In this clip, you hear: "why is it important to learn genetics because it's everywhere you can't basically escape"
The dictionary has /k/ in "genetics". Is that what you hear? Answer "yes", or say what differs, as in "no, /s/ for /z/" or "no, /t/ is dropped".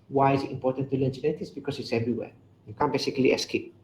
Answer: no, /k/ is dropped